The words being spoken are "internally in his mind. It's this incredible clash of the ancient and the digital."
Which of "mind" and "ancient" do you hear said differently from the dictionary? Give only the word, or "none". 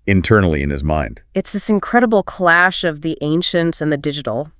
none